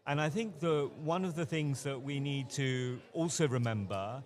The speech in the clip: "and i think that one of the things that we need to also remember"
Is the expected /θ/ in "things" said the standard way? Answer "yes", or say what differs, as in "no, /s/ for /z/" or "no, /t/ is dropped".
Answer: yes